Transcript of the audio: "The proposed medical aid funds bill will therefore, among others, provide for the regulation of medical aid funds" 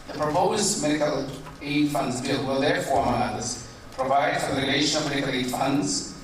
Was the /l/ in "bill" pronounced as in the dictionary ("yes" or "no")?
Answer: yes